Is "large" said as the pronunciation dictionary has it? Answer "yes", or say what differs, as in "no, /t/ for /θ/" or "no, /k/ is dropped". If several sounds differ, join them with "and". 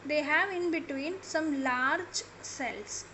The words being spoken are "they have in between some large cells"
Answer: yes